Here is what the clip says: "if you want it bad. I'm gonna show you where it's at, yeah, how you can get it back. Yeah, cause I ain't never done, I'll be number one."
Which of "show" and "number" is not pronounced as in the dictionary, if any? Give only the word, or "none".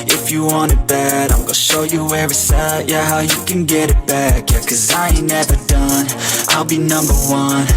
none